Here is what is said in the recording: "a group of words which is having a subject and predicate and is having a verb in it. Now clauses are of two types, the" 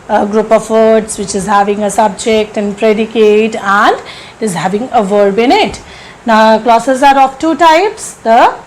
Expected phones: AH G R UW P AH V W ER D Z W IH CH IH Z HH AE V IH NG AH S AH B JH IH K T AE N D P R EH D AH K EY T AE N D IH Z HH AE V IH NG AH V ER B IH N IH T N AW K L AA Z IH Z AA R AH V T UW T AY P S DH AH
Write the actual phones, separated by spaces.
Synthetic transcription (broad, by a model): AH G R UW P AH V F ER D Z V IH CH IH Z HH AE V IH NG AH S AH B JH IH K T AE N D P R EH D AH K EY T AE N D IH Z HH AE V IH NG AH V ER B IH N IH T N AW K L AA S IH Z AA R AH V T UW T AY P S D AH